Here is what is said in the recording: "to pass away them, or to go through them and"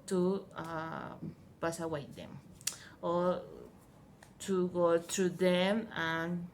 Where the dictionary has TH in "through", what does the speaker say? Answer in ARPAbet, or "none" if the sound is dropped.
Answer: T